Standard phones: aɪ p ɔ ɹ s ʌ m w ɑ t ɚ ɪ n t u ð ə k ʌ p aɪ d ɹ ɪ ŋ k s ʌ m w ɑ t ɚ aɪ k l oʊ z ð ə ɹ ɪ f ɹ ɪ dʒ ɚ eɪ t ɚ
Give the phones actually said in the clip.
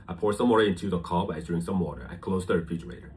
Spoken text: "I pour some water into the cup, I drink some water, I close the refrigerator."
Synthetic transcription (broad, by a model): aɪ p ɔ ɹ s ʌ m w ɑ t ɚ ɪ n t u ð ə k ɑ b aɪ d ɹ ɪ ŋ s ʌ m w ɑ t ɚ aɪ k l oʊ z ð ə ɹ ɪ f ɹ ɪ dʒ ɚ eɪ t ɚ